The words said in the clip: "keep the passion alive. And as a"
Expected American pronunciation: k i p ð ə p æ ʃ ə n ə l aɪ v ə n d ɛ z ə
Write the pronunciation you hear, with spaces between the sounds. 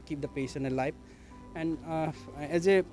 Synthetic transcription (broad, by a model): k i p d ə p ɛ s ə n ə l aɪ p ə n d ɛ z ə